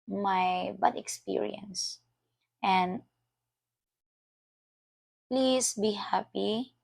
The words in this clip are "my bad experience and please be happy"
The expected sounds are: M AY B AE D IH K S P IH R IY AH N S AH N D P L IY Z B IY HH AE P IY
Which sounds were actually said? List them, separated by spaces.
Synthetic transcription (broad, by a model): M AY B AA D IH K S P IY R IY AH N S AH N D P L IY S B IY HH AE P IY